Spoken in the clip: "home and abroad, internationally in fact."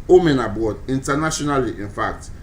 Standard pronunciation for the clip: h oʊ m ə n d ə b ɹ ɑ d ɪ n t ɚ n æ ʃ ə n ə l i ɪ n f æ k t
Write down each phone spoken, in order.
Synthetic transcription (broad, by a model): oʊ m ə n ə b ɑ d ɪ n t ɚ n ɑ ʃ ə n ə l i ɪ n f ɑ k t